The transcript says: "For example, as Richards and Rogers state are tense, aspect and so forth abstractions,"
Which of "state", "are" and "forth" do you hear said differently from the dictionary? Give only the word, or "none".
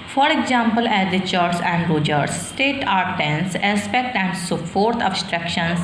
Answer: forth